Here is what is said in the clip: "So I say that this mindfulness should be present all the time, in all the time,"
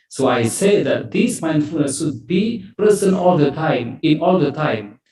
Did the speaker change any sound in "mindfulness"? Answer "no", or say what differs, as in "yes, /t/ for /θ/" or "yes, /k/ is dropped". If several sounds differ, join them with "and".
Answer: yes, /l/ is dropped